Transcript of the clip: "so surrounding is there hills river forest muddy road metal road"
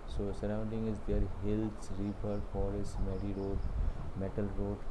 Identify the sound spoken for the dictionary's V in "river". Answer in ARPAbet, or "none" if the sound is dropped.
P